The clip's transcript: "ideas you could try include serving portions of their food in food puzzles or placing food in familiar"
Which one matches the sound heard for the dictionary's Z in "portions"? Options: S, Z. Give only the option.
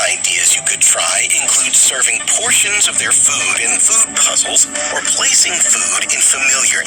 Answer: Z